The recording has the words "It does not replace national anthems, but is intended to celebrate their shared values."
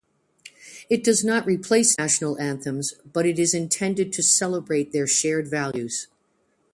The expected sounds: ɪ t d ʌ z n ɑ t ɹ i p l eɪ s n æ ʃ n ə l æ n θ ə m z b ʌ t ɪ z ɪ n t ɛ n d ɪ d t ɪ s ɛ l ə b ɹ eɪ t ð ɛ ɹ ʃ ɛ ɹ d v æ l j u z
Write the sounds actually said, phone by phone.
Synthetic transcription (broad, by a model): ɪ t d ʌ z n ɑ t ɹ i p l eɪ s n æ ʃ n l æ n θ ə m z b ʌ t ɪ z ɪ n t ɛ n d ɪ d t ɪ s ɛ l ə b ɹ eɪ t ð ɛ ɹ ʃ ɛ ɹ d v æ l j u z